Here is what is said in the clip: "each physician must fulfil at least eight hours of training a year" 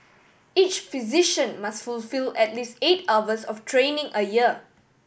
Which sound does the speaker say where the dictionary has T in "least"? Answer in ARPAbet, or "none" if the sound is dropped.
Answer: T